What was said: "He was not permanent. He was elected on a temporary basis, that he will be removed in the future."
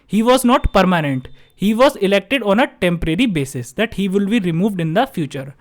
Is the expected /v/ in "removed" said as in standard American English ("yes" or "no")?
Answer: yes